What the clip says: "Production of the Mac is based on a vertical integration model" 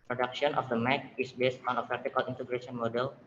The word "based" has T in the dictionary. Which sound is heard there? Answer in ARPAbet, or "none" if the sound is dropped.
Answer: T